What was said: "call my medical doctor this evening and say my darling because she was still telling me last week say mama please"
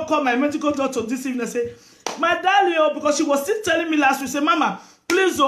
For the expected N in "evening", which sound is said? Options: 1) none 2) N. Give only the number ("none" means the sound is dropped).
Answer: 1